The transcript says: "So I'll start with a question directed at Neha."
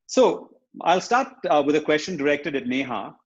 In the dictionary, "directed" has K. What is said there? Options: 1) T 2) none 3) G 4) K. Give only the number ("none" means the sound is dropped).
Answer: 4